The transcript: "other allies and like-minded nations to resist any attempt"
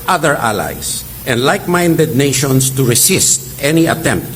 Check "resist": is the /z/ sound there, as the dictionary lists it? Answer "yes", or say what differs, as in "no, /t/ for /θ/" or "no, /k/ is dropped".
no, /s/ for /z/